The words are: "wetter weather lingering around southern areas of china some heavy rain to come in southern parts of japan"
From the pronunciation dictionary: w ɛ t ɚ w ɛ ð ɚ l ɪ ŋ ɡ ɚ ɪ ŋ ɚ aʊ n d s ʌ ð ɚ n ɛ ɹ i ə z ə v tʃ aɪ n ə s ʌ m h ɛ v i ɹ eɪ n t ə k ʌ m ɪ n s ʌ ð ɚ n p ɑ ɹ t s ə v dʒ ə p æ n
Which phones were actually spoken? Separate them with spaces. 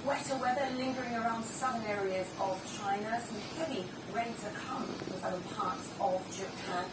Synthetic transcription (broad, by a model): w ɛ t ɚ w ɛ ð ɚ l ɪ ŋ ɡ ɚ ɪ ŋ ɚ aʊ n d s ʌ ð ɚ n ɛ ɹ i ə z ə v tʃ aɪ n ə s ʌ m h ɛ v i ɹ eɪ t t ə k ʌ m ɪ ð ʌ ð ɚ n p ɑ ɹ t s ə v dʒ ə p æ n